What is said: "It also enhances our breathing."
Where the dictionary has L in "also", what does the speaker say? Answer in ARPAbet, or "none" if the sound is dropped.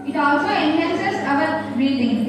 L